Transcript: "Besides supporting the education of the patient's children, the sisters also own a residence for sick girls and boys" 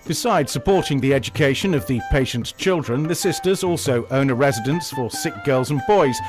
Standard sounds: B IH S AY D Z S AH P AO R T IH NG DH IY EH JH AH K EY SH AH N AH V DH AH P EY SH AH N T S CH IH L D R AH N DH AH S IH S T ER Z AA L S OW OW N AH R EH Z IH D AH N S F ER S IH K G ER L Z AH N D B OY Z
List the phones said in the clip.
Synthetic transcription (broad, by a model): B IH S AY D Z S AH P AO R T IH NG DH IY EH JH AH K EY SH AH N AH V DH AH P EY SH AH N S CH IH L D R AH N DH AH S IH S T ER Z AA L S OW OW N AH R EH Z IH D AH N S F ER S IH K G ER L Z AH N B OY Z